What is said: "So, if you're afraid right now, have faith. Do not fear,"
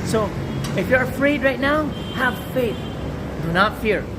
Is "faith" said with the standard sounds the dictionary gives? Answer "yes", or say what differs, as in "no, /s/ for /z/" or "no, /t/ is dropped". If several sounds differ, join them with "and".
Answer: yes